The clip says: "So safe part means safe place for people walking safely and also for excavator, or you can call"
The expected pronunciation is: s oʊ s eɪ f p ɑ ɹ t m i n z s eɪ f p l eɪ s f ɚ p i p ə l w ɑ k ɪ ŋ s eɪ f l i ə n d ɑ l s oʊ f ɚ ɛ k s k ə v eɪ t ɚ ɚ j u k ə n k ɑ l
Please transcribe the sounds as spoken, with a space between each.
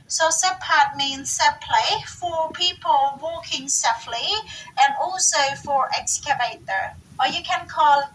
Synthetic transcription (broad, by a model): s oʊ s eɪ p ɑ ɹ t m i n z s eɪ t p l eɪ f ɚ p i p ə l w ɑ k ɪ ŋ s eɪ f l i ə n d ɑ l s oʊ f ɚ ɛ k s k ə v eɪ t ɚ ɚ j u k ə n k ɑ l